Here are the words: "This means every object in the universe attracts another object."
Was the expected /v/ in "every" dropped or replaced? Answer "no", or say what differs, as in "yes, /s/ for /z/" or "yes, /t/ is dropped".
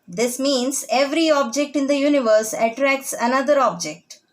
no